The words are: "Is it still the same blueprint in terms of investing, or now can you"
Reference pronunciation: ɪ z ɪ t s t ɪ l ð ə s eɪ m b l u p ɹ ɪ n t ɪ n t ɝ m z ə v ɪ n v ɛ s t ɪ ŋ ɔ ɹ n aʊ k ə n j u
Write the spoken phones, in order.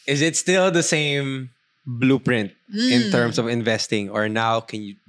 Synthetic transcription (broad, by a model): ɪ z ɪ t s t ɪ l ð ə s eɪ m b l u p ɹ ɪ n t ɪ n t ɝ m s ə v ɪ n v ɛ s t ɪ ŋ ɔ ɹ n aʊ k ə n j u